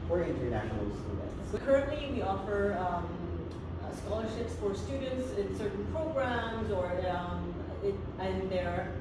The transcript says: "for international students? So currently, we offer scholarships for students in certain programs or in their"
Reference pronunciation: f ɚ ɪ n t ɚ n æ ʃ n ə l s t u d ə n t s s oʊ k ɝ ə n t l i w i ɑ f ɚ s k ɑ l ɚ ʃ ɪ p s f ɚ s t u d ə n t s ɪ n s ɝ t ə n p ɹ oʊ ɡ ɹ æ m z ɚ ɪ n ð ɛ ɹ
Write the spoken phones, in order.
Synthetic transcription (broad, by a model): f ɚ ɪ n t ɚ n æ ʃ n l s t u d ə n t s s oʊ k ɝ ə n t l i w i ɑ f ɚ s k ɑ l ɚ ʃ ɪ p s f ɚ s t u d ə n t s ɪ n s ɝ t n p ɹ oʊ ɡ ɹ æ m z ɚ ɪ n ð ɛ ɹ